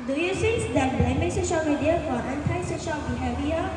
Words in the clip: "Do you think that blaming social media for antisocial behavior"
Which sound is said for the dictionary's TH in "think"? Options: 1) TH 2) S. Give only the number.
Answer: 2